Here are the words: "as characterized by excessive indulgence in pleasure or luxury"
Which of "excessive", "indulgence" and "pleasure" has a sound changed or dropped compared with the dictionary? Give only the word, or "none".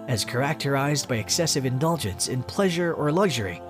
none